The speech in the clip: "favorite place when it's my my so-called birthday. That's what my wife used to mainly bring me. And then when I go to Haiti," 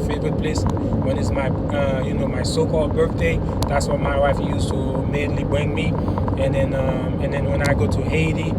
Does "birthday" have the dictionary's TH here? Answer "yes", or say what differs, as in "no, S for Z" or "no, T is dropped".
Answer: yes